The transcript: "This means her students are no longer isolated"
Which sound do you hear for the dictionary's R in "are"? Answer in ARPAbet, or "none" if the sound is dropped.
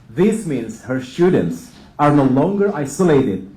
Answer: R